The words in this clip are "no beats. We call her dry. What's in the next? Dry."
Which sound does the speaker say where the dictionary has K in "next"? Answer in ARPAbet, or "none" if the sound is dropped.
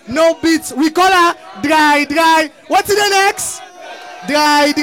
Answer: K